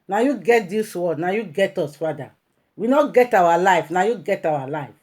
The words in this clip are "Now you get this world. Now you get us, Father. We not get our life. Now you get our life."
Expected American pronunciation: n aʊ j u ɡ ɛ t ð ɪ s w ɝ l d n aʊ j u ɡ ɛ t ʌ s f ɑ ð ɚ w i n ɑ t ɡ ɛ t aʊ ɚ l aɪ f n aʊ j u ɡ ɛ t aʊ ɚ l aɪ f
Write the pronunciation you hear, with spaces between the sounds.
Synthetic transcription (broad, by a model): n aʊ j u ɡ ɛ t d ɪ s w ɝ d n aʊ j u ɡ ɛ t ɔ s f ɑ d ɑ w i n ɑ ɡ ɛ t aʊ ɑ l aɪ f n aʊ j u ɡ ɛ t aʊ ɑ l aɪ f